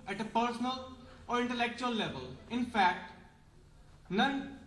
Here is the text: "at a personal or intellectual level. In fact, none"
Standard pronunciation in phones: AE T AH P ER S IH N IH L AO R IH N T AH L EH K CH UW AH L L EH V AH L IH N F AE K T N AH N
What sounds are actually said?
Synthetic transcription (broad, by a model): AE T AH P ER S IH N IH L AO R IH N T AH L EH K CH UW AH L L EH V AH L IH N F AE K T N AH N